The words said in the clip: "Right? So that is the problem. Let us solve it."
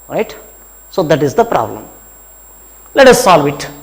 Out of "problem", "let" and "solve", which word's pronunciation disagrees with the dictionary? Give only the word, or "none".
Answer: none